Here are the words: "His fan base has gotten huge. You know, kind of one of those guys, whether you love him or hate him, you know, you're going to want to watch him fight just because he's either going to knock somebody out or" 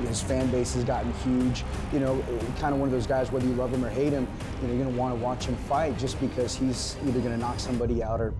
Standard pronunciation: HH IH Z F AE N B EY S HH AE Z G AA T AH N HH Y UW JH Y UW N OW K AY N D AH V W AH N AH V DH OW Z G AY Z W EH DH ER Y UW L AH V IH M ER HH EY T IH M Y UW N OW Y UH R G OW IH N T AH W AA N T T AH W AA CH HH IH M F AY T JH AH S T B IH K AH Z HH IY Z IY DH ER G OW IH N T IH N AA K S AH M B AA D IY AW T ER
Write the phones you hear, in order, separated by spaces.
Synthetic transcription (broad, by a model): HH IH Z F AE N B EY S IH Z G AA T N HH Y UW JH Y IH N OW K AY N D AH W AH N AH V DH OW Z G AY Z W EH DH ER Y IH L AH V IH M ER HH EY T IH M Y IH N OW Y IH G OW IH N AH W AA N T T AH W AA CH HH IH M F AY T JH AH S B IH K AH Z HH IY Z IY DH ER G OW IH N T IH N AA K S AH M B AA D IY AW T ER